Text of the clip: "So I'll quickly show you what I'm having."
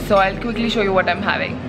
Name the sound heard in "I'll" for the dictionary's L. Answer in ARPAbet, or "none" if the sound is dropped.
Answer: L